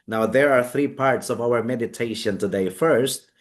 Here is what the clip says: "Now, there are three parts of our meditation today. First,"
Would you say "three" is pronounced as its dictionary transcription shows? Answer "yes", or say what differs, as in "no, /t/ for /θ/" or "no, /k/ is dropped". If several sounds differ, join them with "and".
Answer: yes